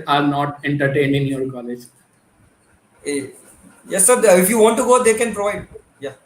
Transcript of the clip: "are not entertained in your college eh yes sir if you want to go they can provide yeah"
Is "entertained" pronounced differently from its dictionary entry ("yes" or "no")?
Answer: yes